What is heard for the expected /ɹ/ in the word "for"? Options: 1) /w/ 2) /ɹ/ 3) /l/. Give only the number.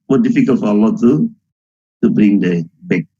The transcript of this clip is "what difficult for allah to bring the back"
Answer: 3